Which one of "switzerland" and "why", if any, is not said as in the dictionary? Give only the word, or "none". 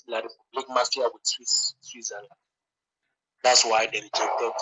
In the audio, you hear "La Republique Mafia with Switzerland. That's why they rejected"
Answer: switzerland